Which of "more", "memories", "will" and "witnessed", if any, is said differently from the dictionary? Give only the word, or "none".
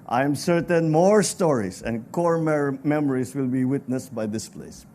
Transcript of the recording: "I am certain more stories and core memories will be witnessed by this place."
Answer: memories